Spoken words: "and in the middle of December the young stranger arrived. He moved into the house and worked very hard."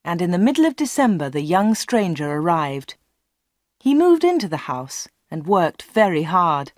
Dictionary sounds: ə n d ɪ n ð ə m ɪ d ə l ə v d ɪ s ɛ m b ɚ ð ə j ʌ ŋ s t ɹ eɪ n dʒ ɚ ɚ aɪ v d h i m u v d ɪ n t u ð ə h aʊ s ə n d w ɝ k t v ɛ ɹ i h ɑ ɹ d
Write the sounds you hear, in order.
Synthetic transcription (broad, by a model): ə n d ɪ n ð ə m ɪ d l ə v d ɪ s ɛ m b ɚ ð ə j ʌ ŋ s t ɹ eɪ n dʒ ɚ ɚ aɪ v d h i m u v d ɪ n t u ð ə h aʊ s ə n w ɝ k t v ɛ ɹ i h ɑ ɹ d